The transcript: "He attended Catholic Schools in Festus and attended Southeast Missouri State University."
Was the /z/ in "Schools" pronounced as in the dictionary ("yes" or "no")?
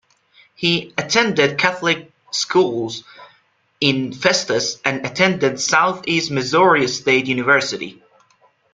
yes